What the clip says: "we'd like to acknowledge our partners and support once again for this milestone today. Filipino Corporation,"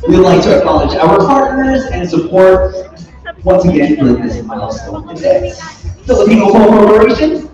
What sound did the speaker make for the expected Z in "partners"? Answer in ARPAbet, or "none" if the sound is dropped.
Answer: Z